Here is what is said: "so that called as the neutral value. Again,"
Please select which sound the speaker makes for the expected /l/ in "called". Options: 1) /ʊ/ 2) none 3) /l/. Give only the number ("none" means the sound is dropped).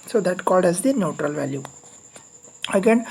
3